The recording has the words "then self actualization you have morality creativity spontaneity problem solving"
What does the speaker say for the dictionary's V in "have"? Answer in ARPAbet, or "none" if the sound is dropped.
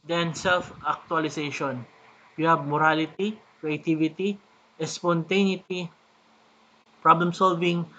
B